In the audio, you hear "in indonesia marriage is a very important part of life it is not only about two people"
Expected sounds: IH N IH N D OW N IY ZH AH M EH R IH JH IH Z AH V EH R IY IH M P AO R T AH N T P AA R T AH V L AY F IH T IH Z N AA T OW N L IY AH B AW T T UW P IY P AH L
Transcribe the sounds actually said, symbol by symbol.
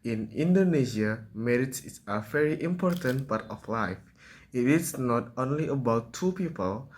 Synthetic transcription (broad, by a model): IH N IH N D OW N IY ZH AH M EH R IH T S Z AH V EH R IY IH M P AO R T AH N T B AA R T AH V L AY F IH T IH S N AA T OW N L IY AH B AW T T UW P IY P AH L